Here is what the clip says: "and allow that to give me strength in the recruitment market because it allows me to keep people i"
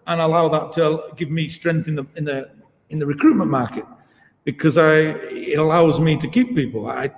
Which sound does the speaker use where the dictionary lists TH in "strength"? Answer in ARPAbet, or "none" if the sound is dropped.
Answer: TH